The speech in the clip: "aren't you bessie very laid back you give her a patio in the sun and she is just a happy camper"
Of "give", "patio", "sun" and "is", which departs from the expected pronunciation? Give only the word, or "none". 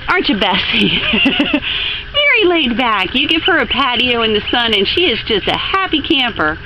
none